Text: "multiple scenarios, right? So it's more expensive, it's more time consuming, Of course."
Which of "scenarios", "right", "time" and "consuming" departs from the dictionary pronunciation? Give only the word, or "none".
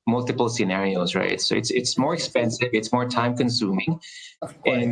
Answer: none